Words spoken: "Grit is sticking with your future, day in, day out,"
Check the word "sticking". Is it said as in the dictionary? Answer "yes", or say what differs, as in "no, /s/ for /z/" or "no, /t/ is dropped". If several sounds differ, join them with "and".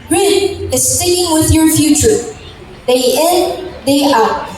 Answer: no, /k/ is dropped